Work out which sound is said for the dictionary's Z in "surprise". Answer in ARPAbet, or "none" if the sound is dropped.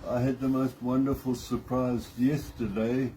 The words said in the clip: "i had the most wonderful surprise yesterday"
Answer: Z